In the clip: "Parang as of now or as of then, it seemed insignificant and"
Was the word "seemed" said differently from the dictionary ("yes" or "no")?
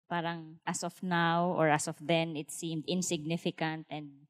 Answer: no